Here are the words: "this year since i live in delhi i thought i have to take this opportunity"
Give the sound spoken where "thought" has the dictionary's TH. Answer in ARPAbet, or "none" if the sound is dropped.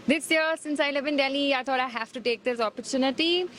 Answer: T